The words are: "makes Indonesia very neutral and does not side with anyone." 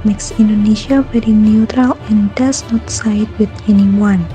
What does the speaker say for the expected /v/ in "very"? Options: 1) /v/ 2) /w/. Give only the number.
2